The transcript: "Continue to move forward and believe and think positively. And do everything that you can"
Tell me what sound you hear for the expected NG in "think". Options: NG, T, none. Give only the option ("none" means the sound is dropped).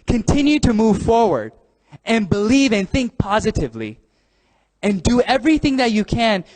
NG